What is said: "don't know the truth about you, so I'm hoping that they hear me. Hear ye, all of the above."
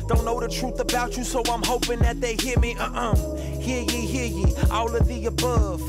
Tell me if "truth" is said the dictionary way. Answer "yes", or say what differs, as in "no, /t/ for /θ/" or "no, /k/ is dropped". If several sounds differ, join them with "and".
yes